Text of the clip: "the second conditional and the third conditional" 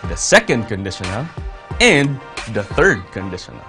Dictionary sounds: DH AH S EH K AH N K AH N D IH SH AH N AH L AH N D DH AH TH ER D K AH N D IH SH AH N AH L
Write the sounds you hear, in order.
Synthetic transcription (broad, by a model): DH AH S EH K AH N K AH N D IH SH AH N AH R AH N DH AH TH ER D K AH N D IH SH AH N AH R